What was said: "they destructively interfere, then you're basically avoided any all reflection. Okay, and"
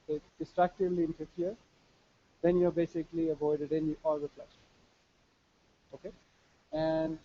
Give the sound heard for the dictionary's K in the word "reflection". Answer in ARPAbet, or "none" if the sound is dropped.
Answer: none